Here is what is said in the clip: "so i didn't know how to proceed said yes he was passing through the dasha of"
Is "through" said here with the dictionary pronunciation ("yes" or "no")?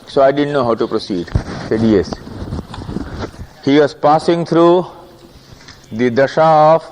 no